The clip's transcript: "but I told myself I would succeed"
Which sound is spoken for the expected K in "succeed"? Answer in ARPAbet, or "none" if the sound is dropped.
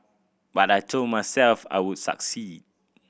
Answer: K